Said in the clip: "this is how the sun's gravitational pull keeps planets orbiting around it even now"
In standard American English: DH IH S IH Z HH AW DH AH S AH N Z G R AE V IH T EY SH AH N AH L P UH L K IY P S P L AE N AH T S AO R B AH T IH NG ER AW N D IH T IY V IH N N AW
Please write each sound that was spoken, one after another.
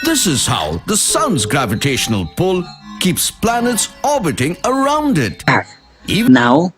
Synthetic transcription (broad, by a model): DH IH S IH Z HH AW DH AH S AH N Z G R AE V IH T EY SH AH N AH L P UH L K IY P S P L AE N AH T S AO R B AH T IH NG ER AW N D IH T IY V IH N N AW